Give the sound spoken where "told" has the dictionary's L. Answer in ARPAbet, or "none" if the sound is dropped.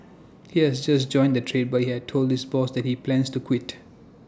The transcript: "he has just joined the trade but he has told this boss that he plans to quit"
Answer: L